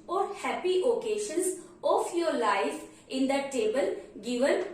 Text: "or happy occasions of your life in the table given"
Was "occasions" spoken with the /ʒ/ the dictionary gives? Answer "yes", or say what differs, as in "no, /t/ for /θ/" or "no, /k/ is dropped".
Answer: no, /ʃ/ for /ʒ/